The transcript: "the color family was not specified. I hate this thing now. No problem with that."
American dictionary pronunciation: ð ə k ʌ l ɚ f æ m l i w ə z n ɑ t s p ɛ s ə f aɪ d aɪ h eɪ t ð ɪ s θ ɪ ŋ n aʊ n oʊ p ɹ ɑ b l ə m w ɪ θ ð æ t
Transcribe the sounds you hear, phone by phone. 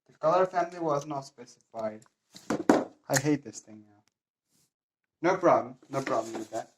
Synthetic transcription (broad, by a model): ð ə k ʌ l ɚ f æ m l i w ə z n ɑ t s p ɛ s ə f aɪ d aɪ h eɪ t ð ɪ s θ ɪ ŋ n aʊ n oʊ b ɹ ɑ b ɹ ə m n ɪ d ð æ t